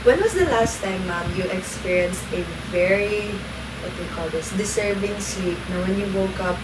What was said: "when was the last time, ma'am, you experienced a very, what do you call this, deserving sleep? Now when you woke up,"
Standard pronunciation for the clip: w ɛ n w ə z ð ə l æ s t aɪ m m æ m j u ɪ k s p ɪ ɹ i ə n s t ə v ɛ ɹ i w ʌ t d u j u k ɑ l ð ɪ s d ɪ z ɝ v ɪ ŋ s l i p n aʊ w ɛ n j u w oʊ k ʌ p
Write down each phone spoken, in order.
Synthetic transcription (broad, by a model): w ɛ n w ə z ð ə l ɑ s t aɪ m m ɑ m j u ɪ k s p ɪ ɹ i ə n s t ə v ɛ ɹ i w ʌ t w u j k ɑ l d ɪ s d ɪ s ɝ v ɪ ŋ s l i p n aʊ w ɛ n j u w oʊ k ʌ p